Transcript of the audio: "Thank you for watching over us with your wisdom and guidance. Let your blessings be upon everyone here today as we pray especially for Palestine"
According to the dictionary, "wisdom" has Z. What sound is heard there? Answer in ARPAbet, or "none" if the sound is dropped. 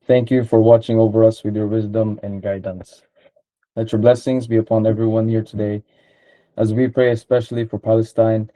Z